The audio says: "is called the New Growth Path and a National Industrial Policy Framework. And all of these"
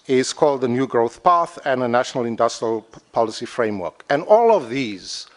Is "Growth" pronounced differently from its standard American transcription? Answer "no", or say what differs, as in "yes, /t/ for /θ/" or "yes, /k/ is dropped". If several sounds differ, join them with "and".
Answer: no